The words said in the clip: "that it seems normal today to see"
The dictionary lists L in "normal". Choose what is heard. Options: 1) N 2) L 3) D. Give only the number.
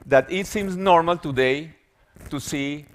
2